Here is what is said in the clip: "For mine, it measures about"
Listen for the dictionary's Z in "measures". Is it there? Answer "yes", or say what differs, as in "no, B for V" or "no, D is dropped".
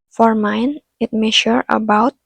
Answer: no, Z is dropped